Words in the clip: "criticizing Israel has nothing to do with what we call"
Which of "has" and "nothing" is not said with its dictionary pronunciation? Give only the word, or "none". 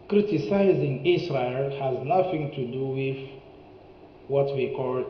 none